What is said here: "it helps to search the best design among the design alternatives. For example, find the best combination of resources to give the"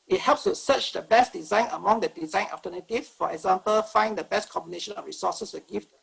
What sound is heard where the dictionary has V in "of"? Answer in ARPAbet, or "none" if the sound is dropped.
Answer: F